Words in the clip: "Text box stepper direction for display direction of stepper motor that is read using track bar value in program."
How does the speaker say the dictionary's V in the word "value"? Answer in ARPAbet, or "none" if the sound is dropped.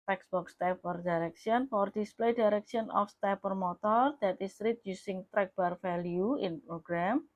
F